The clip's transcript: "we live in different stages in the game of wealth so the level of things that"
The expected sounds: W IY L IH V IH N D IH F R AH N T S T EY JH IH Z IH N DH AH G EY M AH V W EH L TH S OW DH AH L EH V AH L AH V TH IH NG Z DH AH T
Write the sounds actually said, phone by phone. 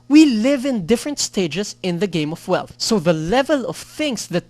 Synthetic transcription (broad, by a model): W IY L IH V IH N D IH F R AH N T S T EY JH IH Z IH N DH AH G EY M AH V W EH L TH S OW DH AH L EH V AH L AH V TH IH NG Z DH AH T